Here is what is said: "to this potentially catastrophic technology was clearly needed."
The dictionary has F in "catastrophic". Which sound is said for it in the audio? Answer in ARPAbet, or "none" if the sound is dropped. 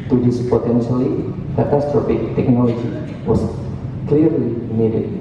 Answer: P